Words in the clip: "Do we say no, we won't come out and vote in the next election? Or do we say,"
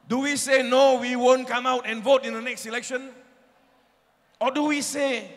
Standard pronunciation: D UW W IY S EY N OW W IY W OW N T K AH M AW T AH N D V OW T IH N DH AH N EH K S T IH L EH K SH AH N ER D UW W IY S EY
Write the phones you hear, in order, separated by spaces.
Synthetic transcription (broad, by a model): D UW W IY S EY N OW W IY W OW N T K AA M AW T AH N V OW T IH N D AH N EH K S T IH L EH K SH AH N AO D UW W IY S EY